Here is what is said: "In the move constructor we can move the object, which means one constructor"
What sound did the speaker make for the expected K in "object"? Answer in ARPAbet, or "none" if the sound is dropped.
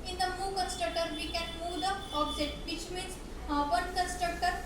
none